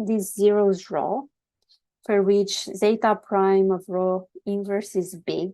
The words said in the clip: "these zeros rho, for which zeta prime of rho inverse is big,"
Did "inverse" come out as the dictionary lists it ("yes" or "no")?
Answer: yes